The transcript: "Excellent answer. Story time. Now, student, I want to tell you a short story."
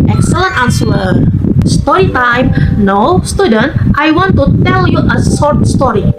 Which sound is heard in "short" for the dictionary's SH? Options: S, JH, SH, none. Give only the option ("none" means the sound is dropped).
S